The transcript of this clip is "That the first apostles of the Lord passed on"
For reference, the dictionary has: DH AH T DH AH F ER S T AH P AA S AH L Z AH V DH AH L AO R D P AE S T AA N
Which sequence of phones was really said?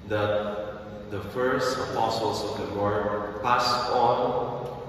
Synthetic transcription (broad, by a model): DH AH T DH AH F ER S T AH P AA S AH L S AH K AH W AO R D P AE S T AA N